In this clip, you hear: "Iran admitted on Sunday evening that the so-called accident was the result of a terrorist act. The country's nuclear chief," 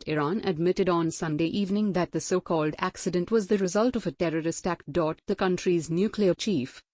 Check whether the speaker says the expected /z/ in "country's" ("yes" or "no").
yes